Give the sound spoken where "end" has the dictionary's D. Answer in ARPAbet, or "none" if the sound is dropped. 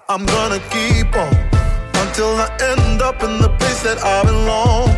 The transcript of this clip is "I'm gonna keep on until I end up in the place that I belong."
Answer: D